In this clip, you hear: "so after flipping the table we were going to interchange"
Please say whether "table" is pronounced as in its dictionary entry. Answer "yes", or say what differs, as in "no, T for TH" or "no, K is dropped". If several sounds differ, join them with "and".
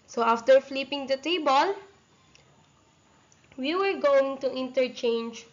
yes